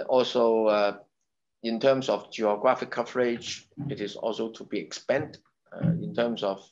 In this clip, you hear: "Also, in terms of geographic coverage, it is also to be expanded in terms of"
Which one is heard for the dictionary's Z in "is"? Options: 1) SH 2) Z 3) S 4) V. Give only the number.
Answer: 3